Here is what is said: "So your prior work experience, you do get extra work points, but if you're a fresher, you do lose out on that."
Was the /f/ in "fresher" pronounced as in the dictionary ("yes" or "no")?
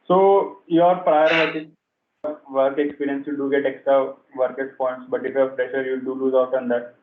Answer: no